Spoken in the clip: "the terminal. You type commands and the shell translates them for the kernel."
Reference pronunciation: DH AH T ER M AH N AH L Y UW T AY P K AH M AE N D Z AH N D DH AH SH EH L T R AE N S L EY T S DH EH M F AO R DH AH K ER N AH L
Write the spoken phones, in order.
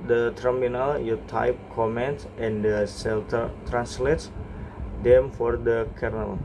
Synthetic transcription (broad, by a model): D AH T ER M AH N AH L Y UW T AY P K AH M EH N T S AH N D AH S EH L T R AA N S L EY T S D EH M F AO R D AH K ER N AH L